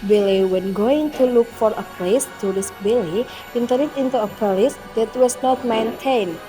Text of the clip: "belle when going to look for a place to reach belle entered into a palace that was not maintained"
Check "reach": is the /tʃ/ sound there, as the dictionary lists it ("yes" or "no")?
no